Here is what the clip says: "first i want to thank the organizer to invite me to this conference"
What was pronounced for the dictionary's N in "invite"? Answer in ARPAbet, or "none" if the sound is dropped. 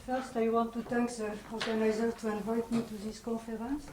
N